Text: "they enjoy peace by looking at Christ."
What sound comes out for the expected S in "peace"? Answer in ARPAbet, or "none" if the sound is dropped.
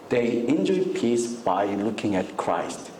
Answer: S